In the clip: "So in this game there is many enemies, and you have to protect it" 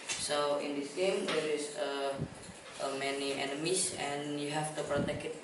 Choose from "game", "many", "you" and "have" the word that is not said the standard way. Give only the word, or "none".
have